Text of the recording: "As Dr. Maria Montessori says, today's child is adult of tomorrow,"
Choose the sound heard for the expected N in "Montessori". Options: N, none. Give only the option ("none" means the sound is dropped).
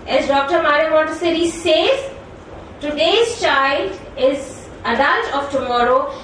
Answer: none